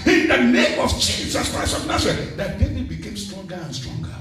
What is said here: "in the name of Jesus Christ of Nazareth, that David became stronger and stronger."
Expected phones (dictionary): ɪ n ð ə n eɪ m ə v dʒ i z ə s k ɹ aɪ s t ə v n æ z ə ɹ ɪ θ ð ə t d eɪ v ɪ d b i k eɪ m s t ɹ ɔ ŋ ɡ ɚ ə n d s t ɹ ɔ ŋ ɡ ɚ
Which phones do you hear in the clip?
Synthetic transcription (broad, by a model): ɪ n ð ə n eɪ m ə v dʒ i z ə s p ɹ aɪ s ə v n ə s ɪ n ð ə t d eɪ ɪ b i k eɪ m s t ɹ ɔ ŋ ɡ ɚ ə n s t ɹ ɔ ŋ ɡ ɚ